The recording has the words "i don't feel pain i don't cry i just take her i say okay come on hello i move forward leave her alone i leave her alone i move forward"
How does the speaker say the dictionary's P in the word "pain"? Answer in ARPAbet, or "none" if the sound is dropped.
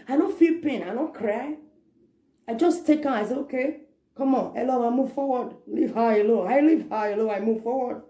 P